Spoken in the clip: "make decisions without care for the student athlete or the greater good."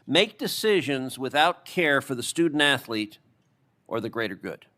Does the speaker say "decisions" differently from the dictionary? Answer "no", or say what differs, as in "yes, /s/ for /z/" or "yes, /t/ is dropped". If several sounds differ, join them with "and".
no